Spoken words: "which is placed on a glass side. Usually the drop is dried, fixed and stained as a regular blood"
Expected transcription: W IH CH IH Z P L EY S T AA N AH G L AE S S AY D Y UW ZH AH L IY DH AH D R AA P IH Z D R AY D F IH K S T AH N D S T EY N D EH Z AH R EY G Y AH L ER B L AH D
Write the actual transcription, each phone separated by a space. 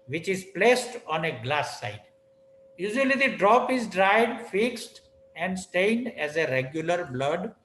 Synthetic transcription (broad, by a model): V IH CH IH Z P L EY S T AA N AH G L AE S S AY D Y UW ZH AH L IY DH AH D R AA P IH Z D R AY D F IH K S T AH N D S T EY N D EH Z AH R EY G Y AH L ER B L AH D